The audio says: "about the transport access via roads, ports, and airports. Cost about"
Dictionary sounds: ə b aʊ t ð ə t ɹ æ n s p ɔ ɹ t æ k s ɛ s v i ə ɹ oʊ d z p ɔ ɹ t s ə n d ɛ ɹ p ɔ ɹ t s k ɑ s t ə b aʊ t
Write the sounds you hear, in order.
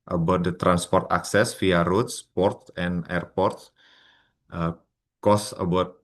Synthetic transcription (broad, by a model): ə b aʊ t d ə t ɹ æ n s p ɔ ɹ t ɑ k s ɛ s f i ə ɹ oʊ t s p ɔ ɹ t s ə n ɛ ɹ p ɔ ɹ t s k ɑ s ə b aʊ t